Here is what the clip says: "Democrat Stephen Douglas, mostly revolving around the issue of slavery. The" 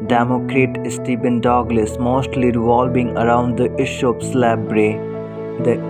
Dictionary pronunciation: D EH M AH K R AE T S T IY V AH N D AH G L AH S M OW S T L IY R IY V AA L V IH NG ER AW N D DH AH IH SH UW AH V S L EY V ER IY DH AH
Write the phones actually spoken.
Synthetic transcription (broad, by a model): D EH M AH K R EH T S T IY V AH N D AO G L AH S M OW S T L IY R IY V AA L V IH NG ER AW N D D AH IH SH UW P S L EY B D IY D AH